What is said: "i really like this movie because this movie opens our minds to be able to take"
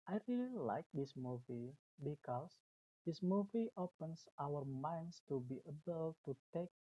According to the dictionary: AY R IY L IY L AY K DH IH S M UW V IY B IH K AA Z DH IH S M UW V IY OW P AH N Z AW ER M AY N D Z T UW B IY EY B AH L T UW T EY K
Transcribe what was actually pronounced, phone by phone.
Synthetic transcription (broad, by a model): AY R IY L IY L AY K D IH S M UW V IY B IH K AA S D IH S M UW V IY OW P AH N S AW ER M AY N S T UW B IY EY B AH L T UW T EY K